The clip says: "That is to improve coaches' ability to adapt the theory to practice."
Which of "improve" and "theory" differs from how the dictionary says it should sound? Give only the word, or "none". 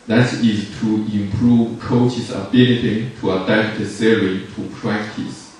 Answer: theory